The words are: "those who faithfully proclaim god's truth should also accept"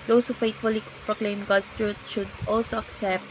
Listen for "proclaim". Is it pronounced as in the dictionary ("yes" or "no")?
yes